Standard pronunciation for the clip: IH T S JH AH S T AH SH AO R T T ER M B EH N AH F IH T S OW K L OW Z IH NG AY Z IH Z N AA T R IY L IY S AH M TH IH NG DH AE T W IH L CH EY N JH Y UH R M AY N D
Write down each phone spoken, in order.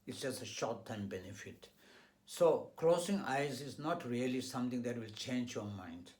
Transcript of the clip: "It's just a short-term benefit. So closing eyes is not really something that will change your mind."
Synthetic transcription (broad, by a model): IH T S JH AH S T AH SH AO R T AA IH M B EH N AH F IH T S OW K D OW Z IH NG AY Z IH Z N AA T R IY L IY S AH M T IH NG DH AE T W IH L CH EY N JH Y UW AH M AY N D